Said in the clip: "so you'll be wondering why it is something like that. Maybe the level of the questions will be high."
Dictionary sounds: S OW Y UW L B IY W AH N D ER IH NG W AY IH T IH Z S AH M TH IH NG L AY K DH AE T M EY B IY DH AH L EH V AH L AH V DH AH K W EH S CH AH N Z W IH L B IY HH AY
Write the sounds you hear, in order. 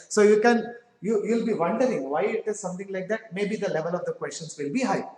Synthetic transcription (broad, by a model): S OW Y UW L B IY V AH N D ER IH NG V AY IH T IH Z S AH M T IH NG L AY K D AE T M EY B IY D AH L EH V AH L AH V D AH K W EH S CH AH N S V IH L B IY HH AY